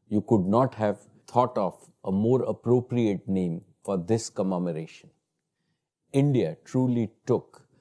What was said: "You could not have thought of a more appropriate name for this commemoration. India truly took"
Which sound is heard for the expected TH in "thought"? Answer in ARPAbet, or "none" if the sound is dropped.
T